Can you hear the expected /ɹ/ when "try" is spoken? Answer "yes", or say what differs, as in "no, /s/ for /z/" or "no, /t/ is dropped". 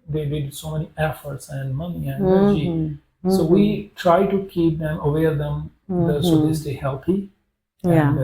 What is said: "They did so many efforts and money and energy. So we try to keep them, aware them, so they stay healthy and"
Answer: yes